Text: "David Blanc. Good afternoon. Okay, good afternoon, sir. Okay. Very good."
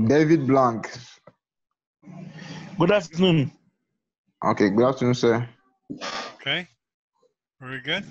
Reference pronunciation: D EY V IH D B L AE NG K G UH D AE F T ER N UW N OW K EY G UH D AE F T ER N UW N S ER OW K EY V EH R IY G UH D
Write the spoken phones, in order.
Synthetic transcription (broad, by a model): D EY V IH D B L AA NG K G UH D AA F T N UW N OW K EY G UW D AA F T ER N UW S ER OW K EY W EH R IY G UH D